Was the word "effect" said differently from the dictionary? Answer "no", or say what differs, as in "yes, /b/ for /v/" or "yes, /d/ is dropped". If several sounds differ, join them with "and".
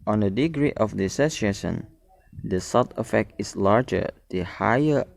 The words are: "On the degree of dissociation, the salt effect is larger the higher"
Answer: no